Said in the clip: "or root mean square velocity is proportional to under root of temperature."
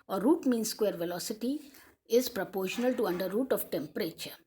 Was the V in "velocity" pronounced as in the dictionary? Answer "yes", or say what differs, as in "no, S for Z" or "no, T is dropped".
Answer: yes